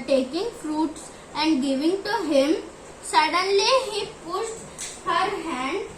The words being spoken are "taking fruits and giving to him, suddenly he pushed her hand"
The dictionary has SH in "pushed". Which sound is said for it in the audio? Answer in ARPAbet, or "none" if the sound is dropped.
S